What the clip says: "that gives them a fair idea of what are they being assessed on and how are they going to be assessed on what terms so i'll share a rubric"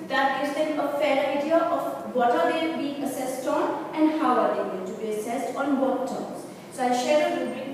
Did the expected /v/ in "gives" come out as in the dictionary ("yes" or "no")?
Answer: no